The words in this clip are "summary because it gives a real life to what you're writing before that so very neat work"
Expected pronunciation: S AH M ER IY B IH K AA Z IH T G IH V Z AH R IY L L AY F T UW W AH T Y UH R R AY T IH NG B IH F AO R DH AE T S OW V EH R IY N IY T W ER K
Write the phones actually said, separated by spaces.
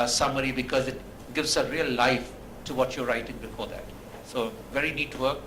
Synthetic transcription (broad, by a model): S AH M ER IY B IH K AA Z IH T G IH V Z AH R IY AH L AY F T UW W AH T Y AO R R AY T IH NG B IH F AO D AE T S OW V EH R IY N IY T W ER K